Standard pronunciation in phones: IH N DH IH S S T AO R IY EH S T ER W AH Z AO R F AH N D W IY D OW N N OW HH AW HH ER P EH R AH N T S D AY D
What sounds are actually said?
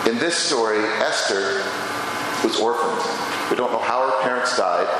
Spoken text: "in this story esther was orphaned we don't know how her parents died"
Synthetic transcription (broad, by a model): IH N DH IH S S T AO R IY EH S T ER W AH Z AO R F AH N D W IY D OW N N OW HH AW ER P EH R AH N T S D AY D